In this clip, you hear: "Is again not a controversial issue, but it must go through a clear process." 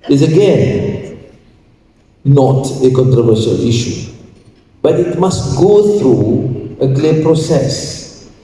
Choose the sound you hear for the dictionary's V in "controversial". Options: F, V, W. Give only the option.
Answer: V